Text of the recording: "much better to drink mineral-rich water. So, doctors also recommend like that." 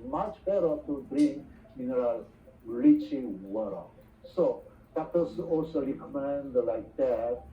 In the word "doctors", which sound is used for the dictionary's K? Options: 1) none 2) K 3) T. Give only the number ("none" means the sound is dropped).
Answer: 1